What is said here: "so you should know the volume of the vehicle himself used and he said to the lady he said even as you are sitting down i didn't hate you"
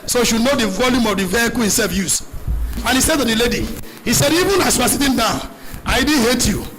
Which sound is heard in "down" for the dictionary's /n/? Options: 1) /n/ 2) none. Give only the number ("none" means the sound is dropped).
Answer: 2